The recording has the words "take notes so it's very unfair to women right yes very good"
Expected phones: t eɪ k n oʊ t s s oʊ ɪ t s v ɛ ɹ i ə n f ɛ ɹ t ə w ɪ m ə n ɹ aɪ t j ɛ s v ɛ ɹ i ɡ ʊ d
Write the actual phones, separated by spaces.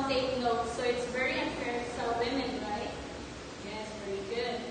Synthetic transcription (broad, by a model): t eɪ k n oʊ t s s oʊ ɪ t s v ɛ ɹ i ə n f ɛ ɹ s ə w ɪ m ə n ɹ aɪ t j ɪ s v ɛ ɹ i ɡ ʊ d